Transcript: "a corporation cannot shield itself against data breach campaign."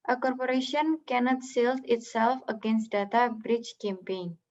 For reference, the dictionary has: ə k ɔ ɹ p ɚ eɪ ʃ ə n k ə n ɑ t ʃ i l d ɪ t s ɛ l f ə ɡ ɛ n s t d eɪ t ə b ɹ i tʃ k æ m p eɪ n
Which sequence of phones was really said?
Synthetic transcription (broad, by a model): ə k ɔ ɹ p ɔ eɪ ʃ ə n k ə n ɑ t s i l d ɪ t s ɛ l f ə ɡ ɛ n s t d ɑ t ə b ɹ i tʃ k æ m p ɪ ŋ